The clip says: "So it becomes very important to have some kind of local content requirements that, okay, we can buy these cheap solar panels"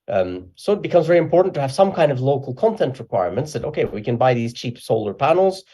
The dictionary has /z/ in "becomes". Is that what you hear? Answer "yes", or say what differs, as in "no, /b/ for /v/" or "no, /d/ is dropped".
yes